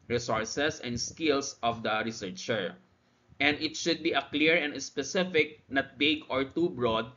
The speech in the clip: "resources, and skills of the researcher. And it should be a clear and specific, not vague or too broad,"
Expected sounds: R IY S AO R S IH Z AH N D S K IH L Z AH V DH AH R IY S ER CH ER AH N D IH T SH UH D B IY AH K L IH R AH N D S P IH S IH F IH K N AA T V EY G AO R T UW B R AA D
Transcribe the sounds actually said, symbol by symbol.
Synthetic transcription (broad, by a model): R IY S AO R S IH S AH N D S K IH L S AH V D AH R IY S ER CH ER AH N D IH T SH UH D B IY AH K L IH R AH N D S P IH S IH F IH K N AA T B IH G AO R T UW B R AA D